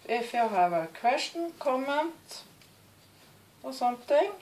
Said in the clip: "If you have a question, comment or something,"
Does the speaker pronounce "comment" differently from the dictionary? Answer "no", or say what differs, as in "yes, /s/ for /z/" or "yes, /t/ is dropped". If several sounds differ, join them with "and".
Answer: no